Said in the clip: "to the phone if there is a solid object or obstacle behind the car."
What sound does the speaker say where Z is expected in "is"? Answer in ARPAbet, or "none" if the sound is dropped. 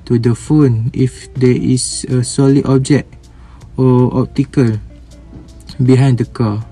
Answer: S